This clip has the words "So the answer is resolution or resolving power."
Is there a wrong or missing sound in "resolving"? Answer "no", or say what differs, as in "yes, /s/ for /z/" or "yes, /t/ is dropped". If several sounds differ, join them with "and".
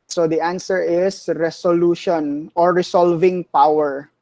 yes, /s/ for /z/